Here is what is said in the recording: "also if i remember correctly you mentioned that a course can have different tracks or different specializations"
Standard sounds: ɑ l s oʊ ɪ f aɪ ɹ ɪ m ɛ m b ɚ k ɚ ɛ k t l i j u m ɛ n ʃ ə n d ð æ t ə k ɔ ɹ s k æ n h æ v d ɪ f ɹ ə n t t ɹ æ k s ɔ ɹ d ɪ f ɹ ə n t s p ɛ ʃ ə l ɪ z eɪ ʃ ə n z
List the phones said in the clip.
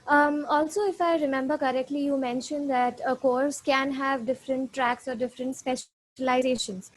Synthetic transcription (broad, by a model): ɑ l s oʊ ɪ f aɪ ɹ ɪ m ɛ m b ɚ k ɚ ɛ k t l i j u m ɛ n ʃ ə n d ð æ t ə k ɔ ɹ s k æ n h æ v d ɪ f ɹ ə n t t ɹ æ k s ɔ ɹ d ɪ f ɹ ə n t s p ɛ ʃ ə l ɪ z eɪ ʃ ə n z